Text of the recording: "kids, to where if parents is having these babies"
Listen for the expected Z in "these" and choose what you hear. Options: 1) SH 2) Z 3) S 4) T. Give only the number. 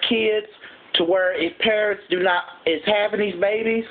2